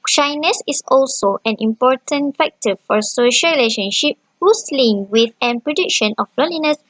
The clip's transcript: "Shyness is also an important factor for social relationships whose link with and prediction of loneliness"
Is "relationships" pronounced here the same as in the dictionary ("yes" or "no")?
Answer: no